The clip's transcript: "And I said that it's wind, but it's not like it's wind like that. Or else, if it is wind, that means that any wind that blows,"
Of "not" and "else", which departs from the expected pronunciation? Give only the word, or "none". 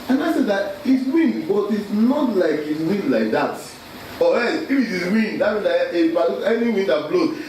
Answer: else